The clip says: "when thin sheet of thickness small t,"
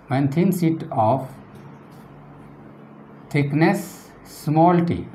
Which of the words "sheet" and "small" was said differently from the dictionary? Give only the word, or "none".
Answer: sheet